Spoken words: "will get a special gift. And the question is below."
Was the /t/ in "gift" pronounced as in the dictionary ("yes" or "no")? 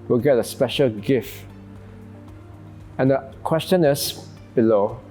yes